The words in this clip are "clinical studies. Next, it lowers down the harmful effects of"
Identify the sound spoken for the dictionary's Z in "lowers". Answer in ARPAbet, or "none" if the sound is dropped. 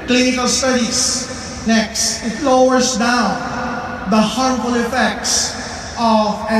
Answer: S